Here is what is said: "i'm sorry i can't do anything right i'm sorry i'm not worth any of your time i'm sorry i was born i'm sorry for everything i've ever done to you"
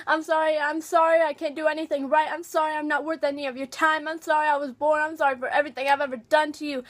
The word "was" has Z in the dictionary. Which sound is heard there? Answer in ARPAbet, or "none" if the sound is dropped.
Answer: Z